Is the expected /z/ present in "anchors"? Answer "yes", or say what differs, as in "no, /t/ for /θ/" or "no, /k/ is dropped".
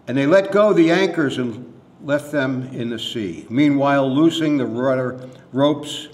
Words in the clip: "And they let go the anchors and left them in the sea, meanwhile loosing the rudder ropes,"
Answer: yes